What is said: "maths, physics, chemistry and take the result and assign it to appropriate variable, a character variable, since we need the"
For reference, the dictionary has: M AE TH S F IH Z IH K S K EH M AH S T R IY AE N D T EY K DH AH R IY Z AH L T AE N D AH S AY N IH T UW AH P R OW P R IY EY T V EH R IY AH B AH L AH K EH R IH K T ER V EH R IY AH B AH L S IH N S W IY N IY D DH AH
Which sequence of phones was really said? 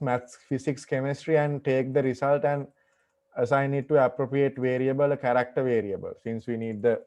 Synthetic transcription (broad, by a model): M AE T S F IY S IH K S K EH M AH S T R IY AE N D T EY K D AH R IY S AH L T AE N D AH S AY N IH T UW AH P R OW P R IY EY T V EH R IY AH B AH L AH K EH R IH K T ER V EH R IY AH B AH L S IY N S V IY N IY D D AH